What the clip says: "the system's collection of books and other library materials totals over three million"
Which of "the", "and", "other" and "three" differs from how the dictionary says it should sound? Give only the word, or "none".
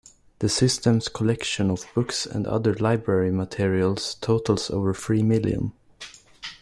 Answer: three